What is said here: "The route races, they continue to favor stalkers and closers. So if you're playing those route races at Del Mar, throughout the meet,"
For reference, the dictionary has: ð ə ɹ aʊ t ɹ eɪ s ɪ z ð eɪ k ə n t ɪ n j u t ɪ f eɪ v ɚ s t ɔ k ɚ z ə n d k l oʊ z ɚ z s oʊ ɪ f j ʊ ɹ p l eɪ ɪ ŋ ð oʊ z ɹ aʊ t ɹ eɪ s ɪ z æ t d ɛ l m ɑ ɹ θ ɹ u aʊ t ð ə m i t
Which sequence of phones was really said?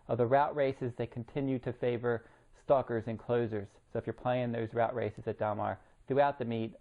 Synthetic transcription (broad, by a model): ð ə ɹ aʊ t ɹ eɪ s ɪ z ð eɪ k n t ɪ n j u t ɪ f eɪ v ɚ s t ɔ k ɚ z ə n k l oʊ z ɚ z s oʊ ɪ f j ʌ ɹ p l eɪ ɪ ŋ ð oʊ z ɹ aʊ t ɹ eɪ s ɪ z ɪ t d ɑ m ɑ ɹ θ ɹ u aʊ t ð ə m i t